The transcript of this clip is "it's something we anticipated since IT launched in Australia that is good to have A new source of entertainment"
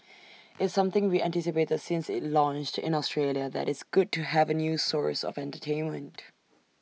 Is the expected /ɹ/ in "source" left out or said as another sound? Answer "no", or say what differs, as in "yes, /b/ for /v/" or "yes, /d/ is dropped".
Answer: no